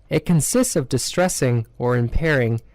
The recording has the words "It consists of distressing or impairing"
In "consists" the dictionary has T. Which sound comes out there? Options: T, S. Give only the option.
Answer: T